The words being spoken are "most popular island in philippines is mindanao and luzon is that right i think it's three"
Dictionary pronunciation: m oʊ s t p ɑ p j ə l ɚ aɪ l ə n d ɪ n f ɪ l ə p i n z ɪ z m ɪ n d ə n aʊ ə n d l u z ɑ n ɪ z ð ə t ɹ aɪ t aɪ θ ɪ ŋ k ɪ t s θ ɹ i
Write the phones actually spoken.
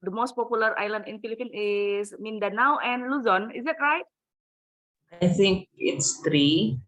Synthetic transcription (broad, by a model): m oʊ s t p ɑ p j ə l ɚ aɪ l ə n d ɪ n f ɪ l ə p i n ɪ s m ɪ n d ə n aʊ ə n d l u z ɑ n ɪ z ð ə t ɹ aɪ t aɪ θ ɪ ŋ k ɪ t s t ɹ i